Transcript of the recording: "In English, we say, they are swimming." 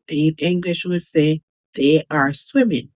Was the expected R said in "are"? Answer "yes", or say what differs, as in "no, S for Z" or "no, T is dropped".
yes